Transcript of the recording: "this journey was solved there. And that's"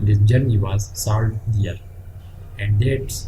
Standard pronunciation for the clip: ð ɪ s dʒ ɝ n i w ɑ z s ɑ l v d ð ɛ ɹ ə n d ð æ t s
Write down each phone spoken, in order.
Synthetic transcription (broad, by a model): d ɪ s dʒ ɝ n i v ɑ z s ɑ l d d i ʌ ɹ ə n d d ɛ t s